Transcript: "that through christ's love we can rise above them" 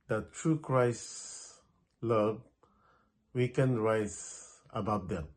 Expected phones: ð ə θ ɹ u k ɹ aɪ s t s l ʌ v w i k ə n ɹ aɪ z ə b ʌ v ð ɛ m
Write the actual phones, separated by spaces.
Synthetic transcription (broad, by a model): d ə t ɹ u k ɹ aɪ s s l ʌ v w i k ə n ɹ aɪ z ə b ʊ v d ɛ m